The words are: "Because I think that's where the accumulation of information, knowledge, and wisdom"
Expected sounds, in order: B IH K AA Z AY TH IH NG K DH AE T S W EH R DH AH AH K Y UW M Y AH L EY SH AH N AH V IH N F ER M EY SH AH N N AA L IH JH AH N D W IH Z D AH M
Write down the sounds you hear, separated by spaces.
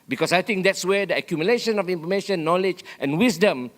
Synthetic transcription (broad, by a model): B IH K AA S AY T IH NG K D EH T S W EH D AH AH K Y UW M Y AH L EY SH AH N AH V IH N F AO M EY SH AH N N AA L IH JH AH N W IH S D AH M